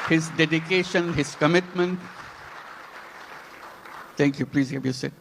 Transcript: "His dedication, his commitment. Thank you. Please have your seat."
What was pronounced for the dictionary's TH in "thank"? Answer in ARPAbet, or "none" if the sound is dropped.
T